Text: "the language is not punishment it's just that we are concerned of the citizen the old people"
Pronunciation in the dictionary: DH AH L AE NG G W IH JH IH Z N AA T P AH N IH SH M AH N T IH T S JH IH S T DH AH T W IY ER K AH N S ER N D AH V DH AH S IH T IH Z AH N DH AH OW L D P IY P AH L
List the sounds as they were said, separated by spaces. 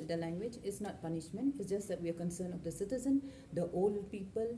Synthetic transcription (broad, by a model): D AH L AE NG G W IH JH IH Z N AA T P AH N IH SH M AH N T IH T S JH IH S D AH T W IY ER K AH N S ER N AH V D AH S IH T IH Z AH N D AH OW L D P IY P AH L